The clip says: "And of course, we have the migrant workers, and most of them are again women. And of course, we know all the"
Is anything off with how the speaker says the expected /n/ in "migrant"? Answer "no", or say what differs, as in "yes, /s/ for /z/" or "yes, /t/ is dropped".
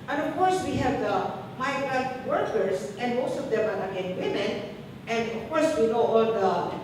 yes, /n/ is dropped